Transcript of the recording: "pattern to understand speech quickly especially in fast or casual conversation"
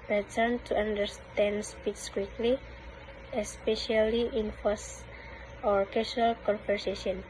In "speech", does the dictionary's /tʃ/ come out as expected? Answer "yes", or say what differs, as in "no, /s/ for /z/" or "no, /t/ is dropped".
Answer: no, /s/ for /tʃ/